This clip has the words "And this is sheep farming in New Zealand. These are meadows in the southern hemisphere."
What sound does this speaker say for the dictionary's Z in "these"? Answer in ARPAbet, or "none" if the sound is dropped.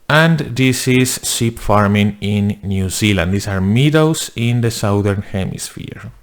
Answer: S